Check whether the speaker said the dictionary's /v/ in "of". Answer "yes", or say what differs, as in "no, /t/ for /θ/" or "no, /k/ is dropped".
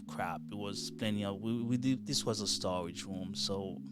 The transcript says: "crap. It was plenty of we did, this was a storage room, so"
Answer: no, /w/ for /v/